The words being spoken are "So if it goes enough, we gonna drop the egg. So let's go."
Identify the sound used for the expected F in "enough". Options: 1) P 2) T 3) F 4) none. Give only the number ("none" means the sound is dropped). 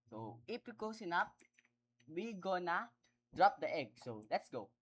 1